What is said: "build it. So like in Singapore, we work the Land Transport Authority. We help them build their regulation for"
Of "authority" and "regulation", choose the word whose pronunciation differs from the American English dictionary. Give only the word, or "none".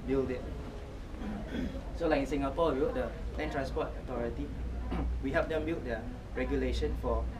authority